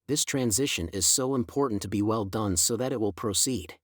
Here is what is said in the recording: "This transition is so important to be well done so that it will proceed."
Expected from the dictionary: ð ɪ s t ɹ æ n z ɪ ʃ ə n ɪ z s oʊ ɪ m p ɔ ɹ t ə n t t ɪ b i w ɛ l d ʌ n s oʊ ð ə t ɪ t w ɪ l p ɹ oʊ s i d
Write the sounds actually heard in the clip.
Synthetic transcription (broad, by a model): ð ɪ s t ɹ æ n z ɪ ʃ ə n ɪ z s oʊ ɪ m p ɔ ɹ t n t t ɪ b i w ɛ l d ʌ n s oʊ ð ə t ɪ t w ɪ l p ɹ oʊ s i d